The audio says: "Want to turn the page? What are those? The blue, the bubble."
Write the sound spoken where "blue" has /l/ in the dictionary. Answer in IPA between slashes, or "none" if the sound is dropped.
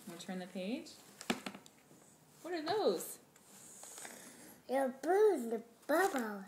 none